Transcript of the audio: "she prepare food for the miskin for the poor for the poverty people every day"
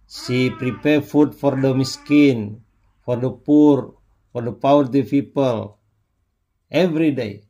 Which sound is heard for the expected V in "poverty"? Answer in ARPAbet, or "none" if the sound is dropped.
W